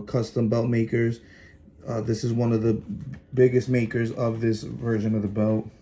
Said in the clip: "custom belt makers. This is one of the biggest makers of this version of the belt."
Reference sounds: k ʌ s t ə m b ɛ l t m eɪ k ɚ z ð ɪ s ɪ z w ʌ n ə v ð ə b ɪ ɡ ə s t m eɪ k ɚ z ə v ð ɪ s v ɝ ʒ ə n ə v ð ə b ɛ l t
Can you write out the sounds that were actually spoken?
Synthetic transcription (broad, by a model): k ʌ s t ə m b ɛ l t m eɪ k ɚ z ð ɪ s ɪ z w ʌ n ə v ð ə b ɪ ɡ ə s t m eɪ k ɚ z ə v ð ɪ s v ɝ ʒ ə n ə v ð ə b ɛ l t